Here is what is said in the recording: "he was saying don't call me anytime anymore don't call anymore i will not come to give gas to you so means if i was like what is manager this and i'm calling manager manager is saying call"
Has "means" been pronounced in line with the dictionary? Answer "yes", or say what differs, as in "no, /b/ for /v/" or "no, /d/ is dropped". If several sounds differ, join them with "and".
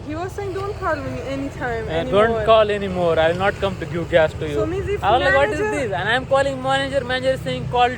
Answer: no, /n/ is dropped